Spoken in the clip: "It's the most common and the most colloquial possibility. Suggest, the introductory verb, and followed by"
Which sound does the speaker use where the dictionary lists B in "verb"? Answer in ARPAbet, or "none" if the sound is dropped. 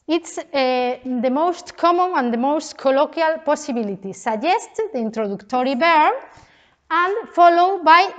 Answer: none